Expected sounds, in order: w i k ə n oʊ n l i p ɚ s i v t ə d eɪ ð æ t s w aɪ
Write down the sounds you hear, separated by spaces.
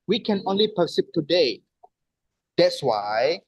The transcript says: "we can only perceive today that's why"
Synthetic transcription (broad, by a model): w i k ə n oʊ n l i p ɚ s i p t ə d eɪ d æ t s w aɪ